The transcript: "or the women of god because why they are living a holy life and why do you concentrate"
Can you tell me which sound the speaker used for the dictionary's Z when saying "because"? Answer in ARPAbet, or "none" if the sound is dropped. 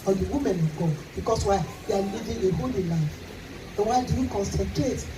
S